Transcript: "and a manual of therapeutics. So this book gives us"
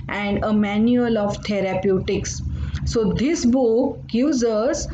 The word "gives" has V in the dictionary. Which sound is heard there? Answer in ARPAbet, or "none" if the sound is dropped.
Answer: none